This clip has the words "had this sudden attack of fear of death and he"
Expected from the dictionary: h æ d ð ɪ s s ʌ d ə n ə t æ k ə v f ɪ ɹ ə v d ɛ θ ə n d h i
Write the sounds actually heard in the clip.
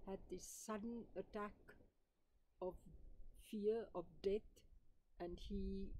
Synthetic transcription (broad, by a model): h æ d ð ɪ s s ʌ d ə n ə t æ k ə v f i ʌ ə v d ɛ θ ə n d h i